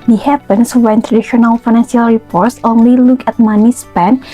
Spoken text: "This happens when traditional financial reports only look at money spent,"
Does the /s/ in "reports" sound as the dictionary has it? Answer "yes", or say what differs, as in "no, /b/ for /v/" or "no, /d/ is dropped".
yes